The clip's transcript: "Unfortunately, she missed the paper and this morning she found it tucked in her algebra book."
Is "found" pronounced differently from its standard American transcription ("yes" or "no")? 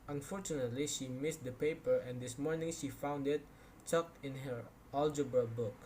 no